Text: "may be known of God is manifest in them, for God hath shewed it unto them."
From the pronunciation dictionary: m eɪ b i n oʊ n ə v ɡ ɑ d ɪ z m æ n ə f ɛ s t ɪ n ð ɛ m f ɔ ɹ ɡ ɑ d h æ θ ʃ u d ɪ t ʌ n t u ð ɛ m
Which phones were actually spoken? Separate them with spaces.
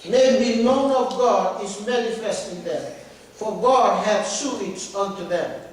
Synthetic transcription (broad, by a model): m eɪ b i n oʊ n ə v ɡ ɑ d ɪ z m æ n ə f ɛ s t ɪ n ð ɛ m f ɔ ɹ ɡ ɑ d h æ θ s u ɪ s ʌ n t u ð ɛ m